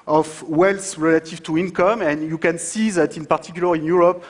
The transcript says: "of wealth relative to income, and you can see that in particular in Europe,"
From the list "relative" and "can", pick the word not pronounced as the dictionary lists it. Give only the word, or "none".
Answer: none